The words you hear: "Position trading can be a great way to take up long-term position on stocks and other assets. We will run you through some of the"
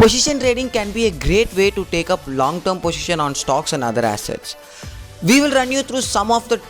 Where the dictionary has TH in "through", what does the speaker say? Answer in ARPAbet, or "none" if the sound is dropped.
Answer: T